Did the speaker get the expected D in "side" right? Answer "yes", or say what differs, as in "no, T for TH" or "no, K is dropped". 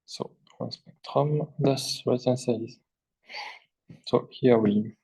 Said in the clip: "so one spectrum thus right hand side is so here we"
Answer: no, D is dropped